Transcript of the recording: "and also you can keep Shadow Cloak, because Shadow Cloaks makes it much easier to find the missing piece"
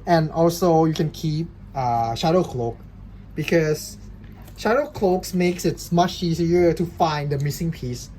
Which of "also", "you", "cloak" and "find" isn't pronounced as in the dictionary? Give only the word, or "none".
none